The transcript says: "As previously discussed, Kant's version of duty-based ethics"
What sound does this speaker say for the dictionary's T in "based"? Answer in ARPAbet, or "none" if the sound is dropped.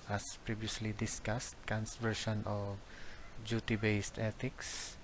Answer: T